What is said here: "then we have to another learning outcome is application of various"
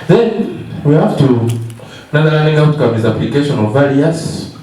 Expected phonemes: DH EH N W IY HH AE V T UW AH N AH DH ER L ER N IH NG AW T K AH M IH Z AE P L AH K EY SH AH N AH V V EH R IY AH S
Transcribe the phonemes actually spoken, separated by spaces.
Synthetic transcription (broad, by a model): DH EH N W IY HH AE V T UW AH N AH ER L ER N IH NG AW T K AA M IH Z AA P L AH K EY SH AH N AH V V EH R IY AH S